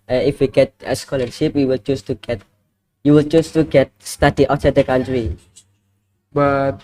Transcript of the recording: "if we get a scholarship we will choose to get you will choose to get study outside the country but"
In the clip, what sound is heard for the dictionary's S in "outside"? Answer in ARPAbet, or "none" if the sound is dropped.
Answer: none